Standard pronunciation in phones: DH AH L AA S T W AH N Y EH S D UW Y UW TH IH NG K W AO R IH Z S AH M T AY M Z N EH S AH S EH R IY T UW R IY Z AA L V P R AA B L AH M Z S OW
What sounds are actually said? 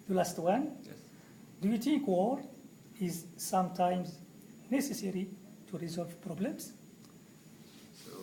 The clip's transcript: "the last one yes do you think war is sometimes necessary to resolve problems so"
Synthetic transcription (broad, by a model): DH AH L AA S T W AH N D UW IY T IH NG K W AO R IH Z S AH M T AY M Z N EH S AH S EH R IY T UW R IY Z AA L V P R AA B L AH M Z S